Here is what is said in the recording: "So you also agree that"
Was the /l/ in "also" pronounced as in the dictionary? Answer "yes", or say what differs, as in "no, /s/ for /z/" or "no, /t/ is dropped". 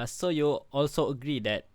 yes